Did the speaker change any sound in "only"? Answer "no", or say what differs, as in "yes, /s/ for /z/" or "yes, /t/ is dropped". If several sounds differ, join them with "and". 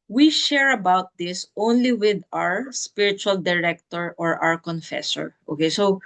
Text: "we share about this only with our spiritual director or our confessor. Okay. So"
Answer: no